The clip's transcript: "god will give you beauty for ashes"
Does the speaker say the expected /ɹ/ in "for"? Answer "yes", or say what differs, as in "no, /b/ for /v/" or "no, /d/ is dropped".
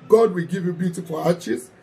no, /l/ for /ɹ/